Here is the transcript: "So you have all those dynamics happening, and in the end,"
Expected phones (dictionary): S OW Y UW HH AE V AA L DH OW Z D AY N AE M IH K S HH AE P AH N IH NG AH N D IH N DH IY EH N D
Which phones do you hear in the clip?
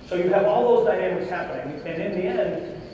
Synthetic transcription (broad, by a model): S OW Y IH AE V AA L DH OW Z D AY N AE M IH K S HH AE P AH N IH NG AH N IH N DH IY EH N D